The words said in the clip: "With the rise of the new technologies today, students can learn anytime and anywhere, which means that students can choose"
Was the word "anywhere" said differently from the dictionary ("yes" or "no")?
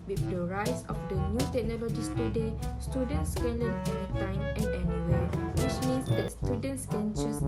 yes